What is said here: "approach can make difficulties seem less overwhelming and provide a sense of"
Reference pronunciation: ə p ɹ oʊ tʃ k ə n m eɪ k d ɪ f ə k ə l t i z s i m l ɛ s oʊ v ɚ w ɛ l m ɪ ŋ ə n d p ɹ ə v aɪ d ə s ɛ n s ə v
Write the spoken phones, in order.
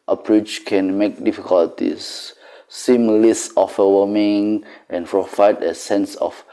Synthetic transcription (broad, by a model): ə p ɹ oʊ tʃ k ə n m eɪ k d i f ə k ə l t i s i m l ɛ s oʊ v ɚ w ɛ m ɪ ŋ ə n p ɹ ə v aɪ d ə s ɛ n s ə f